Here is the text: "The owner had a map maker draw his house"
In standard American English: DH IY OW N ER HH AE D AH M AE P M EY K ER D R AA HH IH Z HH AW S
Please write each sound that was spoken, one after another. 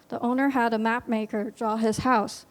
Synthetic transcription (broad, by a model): DH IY OW N ER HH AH D AH M AE P M EY K ER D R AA HH IH Z HH AW S